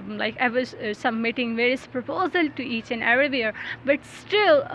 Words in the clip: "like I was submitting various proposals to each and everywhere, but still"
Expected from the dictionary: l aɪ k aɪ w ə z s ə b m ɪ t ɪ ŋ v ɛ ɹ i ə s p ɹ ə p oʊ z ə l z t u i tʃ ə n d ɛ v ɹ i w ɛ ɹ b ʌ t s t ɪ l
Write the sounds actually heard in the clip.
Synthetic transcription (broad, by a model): l aɪ k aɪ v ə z s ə m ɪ t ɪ ŋ v ɛ ɹ i ə s p ɹ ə p oʊ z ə l t u i tʃ ə n d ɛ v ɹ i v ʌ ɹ b ʌ t s t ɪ l